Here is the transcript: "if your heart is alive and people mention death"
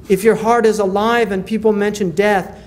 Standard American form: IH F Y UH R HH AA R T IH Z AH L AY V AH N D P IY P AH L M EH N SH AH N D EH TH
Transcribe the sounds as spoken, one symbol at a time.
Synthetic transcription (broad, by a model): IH F Y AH R HH AA R T IH Z AH L AY V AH N P IY P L M EH N SH AH N D EH TH